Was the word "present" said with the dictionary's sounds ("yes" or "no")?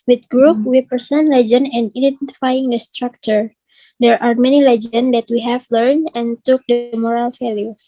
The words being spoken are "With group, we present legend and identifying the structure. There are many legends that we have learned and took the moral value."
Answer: no